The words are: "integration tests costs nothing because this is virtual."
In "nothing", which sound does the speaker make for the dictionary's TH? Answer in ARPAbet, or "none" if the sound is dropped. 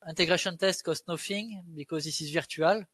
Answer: F